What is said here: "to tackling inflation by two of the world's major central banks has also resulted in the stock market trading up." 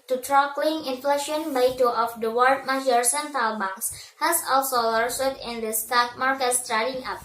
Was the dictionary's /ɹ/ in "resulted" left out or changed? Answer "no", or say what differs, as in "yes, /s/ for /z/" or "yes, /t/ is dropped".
yes, /l/ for /ɹ/